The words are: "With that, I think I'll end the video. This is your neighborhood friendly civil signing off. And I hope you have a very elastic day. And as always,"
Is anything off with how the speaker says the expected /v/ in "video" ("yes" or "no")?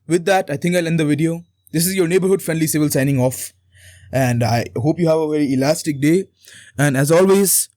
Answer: no